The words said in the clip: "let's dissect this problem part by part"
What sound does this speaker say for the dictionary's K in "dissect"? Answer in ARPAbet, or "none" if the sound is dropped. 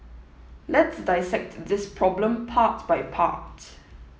K